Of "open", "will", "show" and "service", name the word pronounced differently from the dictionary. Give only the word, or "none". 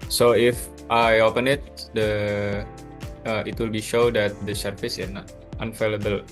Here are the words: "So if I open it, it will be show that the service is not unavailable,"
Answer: service